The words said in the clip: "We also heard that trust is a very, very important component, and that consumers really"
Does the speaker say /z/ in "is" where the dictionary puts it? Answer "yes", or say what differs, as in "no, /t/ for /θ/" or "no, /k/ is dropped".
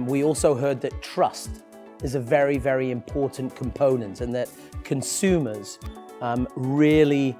yes